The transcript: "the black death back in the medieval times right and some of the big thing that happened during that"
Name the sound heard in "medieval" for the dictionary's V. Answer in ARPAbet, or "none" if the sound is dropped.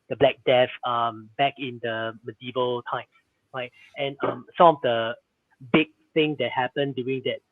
V